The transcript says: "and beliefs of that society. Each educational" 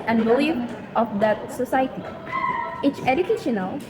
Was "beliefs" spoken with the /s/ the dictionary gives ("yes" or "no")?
no